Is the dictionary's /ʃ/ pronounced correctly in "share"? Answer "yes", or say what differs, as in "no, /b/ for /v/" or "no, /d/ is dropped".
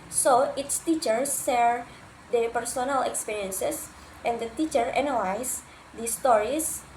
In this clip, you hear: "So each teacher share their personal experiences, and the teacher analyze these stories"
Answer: no, /s/ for /ʃ/